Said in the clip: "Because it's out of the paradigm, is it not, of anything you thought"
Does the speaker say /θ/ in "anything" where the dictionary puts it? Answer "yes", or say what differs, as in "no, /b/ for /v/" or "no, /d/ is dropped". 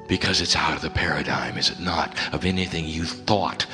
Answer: yes